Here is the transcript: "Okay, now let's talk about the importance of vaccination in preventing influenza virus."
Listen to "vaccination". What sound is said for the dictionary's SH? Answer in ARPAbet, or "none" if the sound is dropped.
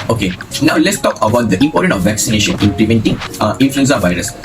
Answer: SH